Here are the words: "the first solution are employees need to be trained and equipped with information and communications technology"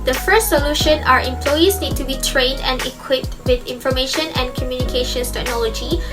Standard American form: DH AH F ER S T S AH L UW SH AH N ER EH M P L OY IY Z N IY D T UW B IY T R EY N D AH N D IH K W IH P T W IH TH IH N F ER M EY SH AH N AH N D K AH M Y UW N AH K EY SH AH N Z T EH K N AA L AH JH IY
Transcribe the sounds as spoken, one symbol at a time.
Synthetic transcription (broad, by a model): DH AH F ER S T S AH L UW SH AH N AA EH M P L OY IY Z N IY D T UW B IY T R EY N D AH N D IH K W IH P T W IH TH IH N F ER M EY SH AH N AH N K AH M Y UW N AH K EY SH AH N S T EH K N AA L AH JH IY